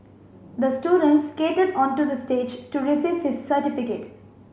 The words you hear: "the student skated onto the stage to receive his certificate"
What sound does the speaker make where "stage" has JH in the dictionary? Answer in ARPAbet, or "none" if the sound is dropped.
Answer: JH